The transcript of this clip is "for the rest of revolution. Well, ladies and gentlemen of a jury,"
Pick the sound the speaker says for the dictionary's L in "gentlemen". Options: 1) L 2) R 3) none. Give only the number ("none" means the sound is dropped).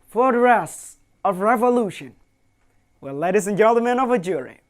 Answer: 3